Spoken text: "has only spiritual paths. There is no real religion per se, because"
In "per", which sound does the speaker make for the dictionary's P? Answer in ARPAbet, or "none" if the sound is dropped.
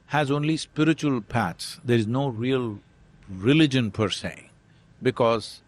P